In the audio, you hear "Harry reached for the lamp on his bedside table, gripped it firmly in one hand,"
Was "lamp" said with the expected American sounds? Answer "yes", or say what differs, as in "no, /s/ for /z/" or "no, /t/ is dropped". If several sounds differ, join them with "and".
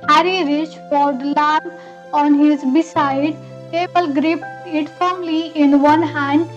no, /p/ is dropped